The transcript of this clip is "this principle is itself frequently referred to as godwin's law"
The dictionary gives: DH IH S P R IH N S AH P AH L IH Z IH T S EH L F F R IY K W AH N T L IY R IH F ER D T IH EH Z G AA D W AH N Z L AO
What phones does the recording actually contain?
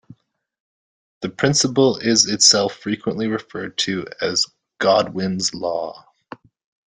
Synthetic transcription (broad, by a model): DH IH P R IH N S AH P L IH Z IH T S EH L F F R IY K W AH N T L IY R IH F ER D T IH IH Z G AA D W AH N Z L AO